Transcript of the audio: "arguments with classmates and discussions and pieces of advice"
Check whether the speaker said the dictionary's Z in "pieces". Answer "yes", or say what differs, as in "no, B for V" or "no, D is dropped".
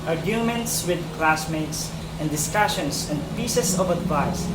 no, S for Z